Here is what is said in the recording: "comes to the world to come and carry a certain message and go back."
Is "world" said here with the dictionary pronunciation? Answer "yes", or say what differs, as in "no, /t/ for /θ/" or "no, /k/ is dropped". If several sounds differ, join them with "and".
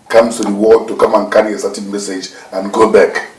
no, /l/ is dropped